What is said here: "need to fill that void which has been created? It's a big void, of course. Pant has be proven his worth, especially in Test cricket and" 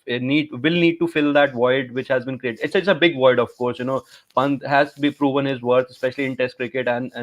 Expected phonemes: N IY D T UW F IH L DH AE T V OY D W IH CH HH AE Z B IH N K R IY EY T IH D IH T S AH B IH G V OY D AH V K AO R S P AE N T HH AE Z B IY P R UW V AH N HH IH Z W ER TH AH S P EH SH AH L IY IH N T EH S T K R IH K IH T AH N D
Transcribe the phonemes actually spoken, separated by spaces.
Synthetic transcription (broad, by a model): N IY D T UW F IH L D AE T V OY D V IH CH HH AE Z B IH N K R IY EY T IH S IH T S AH B IH G V OY D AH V K AO R S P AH N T HH AE Z B IY P R UW V AH N HH IH Z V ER T AH S P EH SH AH L IY IH N T EH S T K R IH K IH T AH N D